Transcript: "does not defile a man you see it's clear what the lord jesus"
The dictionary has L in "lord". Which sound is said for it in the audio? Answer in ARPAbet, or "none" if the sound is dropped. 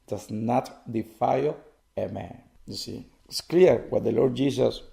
L